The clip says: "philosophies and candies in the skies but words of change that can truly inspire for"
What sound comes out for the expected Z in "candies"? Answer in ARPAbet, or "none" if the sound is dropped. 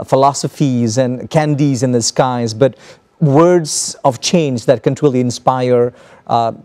Z